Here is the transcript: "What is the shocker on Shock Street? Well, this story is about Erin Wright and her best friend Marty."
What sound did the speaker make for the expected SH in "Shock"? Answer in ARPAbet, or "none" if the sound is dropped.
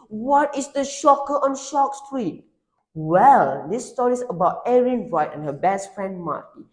SH